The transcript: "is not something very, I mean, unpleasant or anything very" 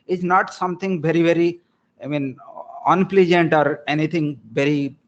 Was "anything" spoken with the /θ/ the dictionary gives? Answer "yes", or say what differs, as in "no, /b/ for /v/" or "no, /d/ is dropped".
no, /t/ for /θ/